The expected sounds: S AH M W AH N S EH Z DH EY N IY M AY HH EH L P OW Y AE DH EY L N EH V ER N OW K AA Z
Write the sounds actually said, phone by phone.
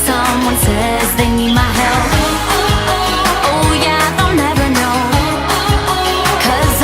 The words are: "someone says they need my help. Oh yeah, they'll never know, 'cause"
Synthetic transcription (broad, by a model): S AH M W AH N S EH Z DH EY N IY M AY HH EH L OW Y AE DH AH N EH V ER N OW K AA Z